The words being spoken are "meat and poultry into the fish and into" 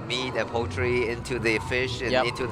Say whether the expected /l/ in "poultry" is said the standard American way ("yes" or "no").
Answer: no